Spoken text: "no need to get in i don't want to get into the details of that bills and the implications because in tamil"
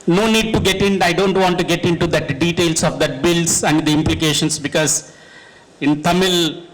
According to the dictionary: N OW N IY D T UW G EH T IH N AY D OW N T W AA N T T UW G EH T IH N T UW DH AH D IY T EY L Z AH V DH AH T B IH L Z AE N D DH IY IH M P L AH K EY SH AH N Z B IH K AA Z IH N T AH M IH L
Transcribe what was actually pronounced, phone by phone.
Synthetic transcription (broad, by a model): N OW N IY D T UW G EH T IH N AY D OW N T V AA N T T UW G EH T IH N T UW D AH D IY T EY L S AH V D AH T B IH L S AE N D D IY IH M P L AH K EY SH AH N S B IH K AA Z IH N T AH M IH L